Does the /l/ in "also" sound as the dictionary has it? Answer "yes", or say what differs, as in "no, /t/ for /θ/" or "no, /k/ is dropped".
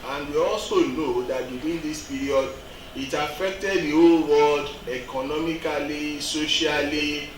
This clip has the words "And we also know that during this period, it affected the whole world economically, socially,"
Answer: no, /l/ is dropped